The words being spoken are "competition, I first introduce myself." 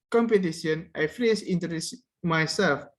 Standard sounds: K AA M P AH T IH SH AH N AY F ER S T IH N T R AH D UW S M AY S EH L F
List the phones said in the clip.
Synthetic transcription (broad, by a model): K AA M P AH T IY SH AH N AY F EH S IH N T AH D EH S M AY S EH L F